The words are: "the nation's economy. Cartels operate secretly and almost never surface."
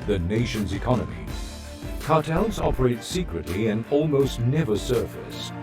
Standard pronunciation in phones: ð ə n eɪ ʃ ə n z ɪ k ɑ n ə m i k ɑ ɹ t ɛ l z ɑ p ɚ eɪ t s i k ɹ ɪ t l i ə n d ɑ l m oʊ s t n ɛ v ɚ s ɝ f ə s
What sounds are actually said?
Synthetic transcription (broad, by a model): ð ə n eɪ ʃ ə n z ɪ k ɑ n ə m i k ɑ ɹ t ɛ l z ɑ p ɚ eɪ t s i k ɹ ɪ t l i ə n ɑ l m oʊ s t n ɛ v ɚ s ɝ f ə s